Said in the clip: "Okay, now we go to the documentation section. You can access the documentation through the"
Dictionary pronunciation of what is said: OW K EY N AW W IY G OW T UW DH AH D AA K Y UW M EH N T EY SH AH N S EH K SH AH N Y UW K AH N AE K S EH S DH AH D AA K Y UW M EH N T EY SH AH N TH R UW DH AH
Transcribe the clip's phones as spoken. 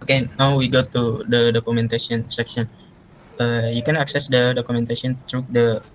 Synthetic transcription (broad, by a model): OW K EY N AW W IY G OW T UW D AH D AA K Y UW M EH N T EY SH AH N S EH K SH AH N Y UW K AH N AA K S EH S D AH D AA K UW M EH N T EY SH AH N T R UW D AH